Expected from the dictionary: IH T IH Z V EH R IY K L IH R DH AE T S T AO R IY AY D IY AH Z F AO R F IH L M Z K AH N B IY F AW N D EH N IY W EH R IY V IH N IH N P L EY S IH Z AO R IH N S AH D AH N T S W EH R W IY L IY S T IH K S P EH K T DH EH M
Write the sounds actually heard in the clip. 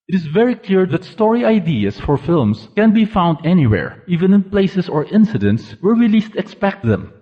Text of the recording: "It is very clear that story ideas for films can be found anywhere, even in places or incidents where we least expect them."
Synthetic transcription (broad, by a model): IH T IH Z V EH R IY K L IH R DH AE T S T AO R IY AY D IY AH S F AO R F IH L M S K AH N B IY F AW N D EH N IY W EH R IY V IH N IH N P L EY S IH S AO R IH N S AH D AH N T S W EH R W IY L IY S T IH K S P EH K T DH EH M